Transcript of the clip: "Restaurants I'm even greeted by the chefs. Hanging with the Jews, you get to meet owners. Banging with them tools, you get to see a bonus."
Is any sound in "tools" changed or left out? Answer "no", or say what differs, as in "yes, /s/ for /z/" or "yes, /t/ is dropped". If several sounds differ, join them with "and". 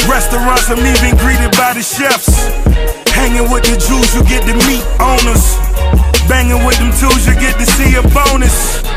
yes, /l/ is dropped